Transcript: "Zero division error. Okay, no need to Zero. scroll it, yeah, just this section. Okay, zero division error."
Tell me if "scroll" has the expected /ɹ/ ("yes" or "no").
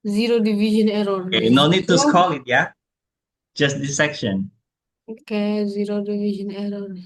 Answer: no